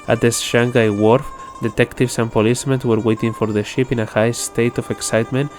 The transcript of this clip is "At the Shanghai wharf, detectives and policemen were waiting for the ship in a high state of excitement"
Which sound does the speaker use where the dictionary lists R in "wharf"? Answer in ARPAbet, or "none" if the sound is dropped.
R